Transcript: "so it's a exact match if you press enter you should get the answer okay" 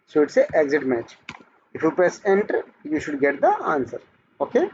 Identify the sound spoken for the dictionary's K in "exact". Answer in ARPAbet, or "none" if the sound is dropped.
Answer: none